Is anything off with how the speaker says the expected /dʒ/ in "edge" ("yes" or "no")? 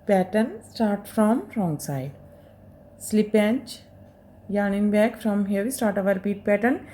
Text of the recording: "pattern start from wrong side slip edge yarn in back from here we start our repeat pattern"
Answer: yes